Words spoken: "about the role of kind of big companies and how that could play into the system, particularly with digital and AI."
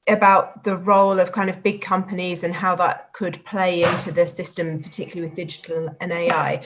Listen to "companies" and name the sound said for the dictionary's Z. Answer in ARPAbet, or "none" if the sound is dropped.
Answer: Z